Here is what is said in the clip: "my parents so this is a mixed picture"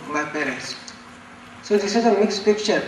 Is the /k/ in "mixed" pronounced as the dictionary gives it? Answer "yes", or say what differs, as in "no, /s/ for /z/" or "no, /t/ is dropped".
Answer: yes